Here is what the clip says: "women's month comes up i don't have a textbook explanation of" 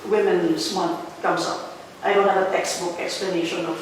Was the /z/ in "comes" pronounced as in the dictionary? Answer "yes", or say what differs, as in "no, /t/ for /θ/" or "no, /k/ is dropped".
no, /s/ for /z/